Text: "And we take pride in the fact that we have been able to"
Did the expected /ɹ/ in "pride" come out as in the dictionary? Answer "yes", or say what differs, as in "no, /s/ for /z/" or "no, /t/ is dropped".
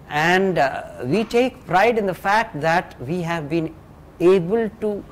yes